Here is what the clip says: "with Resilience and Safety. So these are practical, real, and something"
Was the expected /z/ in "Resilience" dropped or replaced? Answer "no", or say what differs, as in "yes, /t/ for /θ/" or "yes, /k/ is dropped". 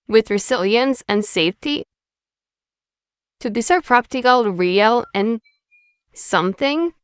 yes, /s/ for /z/